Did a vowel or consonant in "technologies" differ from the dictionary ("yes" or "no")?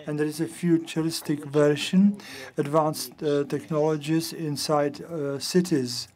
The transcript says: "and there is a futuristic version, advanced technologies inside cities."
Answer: no